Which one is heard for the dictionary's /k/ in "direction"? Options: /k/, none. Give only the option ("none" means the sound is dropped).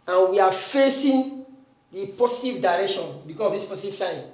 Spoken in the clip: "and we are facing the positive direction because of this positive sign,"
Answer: /k/